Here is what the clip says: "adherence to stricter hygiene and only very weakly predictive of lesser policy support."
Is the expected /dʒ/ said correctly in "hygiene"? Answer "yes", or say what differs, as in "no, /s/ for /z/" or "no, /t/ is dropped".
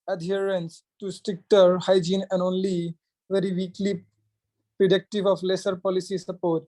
yes